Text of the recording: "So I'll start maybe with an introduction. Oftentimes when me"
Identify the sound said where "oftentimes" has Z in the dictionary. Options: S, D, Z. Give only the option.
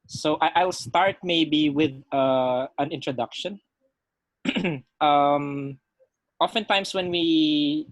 S